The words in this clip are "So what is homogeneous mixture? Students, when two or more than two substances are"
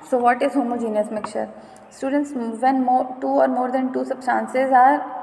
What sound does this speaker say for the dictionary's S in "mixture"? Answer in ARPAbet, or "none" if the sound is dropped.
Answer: none